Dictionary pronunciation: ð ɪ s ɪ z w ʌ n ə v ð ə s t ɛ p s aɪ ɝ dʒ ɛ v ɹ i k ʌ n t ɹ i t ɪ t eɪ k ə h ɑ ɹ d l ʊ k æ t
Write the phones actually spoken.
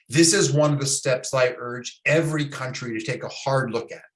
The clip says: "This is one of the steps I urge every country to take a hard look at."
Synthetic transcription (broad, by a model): ð ɪ s ɪ z w ʌ n ə v ð ə s t ɛ p s aɪ ɝ dʒ ɛ v ɹ i k ʌ n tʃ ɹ i t ɪ t eɪ k ə h ɑ ɹ d l ʊ k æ t